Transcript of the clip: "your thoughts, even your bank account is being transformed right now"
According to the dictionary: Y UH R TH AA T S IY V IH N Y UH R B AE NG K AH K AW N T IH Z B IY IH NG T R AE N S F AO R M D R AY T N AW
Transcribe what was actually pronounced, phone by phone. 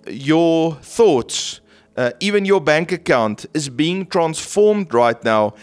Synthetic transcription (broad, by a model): Y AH TH AA T S IY V IH N Y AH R B AE NG K AH K AW N T IH Z B IY IH NG T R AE N S F AO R M D R AY T N AW